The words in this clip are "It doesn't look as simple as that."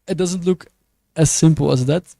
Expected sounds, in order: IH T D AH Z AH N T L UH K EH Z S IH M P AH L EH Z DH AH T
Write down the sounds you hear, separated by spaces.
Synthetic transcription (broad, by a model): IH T D AH Z AH N T L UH K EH S IH M P AH L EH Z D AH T